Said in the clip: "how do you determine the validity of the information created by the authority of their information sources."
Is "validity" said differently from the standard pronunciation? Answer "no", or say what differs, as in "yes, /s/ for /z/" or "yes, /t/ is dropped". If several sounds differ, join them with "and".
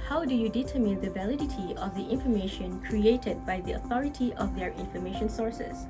no